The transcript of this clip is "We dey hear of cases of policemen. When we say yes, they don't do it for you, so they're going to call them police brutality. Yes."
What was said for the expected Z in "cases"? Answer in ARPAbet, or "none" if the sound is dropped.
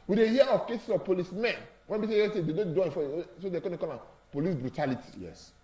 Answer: S